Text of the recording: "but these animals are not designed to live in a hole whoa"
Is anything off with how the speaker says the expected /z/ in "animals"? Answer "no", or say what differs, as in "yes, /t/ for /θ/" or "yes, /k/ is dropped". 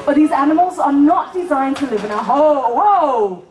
no